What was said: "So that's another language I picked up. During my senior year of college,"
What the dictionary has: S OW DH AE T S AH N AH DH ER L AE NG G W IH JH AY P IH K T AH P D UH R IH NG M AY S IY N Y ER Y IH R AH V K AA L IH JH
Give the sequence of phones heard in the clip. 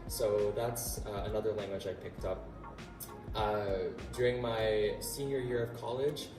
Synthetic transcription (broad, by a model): S OW DH AE T S AH N AH DH ER L AE NG G W IH JH AY P IH K T AH P D UH R IH NG M AY S IY N Y ER Y IH R AH V K AA L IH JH